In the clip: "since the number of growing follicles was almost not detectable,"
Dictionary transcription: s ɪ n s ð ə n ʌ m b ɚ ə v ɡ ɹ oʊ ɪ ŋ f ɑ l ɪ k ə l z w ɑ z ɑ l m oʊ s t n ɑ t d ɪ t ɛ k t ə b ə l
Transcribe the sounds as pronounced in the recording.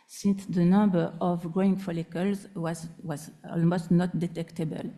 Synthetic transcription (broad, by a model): s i n s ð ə n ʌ b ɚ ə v ɡ ɹ oʊ ɪ ŋ f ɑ l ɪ k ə l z w ɑ z ɑ l m oʊ s t n ɑ t d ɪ t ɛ k t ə b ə l